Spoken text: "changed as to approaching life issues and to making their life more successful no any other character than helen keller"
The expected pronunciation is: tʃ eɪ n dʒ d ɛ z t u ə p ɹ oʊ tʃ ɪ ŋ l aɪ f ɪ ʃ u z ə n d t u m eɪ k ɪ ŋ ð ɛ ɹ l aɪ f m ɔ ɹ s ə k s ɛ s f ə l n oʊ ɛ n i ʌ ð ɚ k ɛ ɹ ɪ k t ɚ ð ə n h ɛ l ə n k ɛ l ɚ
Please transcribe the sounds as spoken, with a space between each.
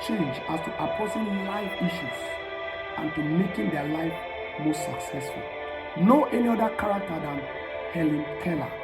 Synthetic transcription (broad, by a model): tʃ eɪ n dʒ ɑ s t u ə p oʊ s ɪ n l aɪ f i ʃ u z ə n t u m eɪ k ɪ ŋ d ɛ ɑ l aɪ f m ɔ s ə k s ɛ s f ə l n oʊ ɛ n i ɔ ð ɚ k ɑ ɹ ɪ k t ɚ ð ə n h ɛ l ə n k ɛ l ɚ